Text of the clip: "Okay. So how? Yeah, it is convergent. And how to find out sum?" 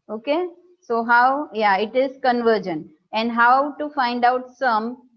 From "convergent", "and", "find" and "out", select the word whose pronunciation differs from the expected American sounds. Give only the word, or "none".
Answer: convergent